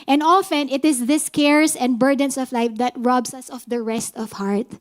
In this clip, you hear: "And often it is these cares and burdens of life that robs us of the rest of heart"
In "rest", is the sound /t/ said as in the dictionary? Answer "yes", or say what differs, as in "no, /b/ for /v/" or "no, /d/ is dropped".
yes